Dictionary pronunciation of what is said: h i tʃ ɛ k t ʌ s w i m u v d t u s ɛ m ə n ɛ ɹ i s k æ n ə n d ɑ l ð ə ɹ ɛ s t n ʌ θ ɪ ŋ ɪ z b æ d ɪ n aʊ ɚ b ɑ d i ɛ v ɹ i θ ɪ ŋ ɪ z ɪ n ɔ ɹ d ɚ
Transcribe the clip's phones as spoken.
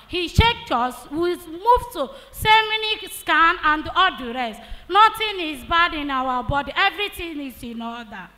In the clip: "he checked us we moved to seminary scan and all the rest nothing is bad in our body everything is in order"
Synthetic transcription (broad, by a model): h i ʃ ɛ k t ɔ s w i m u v t u s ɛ m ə n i s k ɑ n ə n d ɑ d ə ɹ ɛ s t n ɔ t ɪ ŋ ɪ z b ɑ d ɪ n aʊ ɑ b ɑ d i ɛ v ɹ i t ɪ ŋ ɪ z ɪ n ɔ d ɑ